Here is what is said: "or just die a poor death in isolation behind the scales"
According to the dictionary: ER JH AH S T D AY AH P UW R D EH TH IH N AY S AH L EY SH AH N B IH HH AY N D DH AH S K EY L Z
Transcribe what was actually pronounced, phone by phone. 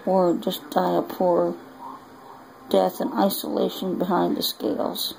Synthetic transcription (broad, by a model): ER JH AH S D AY AH P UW R D EH TH IH N AY S AH L EY SH AH N B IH HH AY N DH AH S K EY L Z